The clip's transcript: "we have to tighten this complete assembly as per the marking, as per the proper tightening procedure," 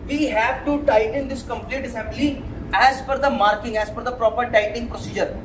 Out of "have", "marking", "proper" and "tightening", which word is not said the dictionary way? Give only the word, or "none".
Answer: tightening